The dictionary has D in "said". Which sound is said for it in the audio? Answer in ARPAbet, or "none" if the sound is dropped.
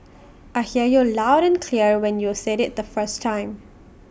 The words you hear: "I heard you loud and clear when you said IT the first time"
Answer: D